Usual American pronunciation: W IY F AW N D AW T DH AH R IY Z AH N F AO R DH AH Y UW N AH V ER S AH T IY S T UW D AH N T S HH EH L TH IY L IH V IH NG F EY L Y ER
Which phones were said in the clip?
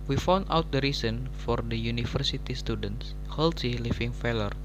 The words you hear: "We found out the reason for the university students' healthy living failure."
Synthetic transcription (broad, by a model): W IY F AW N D AW T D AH R IY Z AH N F AO R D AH Y UW N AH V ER S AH T IY S T UW D AH N T S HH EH L S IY L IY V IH NG F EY L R